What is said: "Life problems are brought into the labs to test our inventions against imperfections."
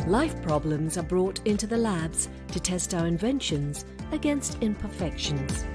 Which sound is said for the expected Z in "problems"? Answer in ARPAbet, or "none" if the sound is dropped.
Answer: Z